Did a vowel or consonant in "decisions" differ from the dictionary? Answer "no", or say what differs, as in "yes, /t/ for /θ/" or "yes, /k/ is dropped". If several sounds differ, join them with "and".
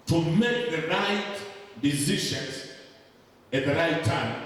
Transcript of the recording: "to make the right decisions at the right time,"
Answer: yes, /ʃ/ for /ʒ/